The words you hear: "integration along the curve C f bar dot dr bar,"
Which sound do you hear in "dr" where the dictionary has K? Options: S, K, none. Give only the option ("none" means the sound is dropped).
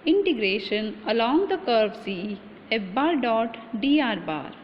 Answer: none